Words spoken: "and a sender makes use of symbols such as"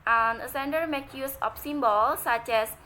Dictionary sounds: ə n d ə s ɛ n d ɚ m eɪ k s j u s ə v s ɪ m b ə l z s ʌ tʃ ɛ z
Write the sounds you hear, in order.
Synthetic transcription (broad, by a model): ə n ə s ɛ n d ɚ m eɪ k j u s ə f s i m b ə l s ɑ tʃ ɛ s